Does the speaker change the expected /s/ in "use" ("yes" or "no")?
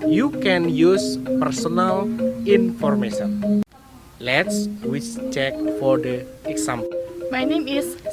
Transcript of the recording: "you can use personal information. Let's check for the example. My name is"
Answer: no